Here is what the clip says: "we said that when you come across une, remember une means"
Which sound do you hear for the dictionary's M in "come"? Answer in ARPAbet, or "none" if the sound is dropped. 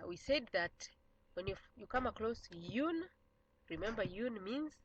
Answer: M